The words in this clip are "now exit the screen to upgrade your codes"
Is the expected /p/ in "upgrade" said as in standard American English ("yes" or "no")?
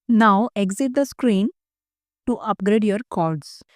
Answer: yes